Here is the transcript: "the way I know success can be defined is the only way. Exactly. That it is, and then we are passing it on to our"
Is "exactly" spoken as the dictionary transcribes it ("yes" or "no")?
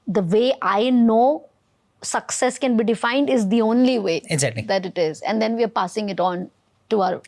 no